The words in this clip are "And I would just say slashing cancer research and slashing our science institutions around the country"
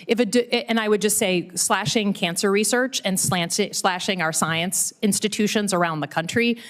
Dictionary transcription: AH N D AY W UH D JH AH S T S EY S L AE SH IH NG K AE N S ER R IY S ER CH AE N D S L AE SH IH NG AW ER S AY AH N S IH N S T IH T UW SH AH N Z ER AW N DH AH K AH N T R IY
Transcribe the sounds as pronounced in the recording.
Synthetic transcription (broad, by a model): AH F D AY W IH D JH AH S T S EY S L AE SH IH NG K AE N S ER R IY S ER CH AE N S S L AE SH IH NG AW ER S AY AH N S IH N S T IH T UW SH AH N Z ER AW N DH AH K AH N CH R IY